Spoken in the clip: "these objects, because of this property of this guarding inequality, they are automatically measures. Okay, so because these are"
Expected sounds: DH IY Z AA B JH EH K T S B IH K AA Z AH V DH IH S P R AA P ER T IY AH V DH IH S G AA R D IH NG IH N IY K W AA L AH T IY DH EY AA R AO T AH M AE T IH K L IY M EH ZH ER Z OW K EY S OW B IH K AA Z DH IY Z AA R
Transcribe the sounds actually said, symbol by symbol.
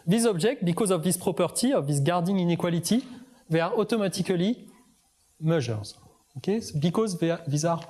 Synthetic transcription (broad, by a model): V IY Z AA B ZH EH K T B IH K AA Z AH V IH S P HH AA P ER T IY AH V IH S G AA R D IH NG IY N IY K W AA L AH T IY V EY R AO T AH M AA T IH K L IY M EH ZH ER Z OW K EY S B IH K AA Z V IY Z AA R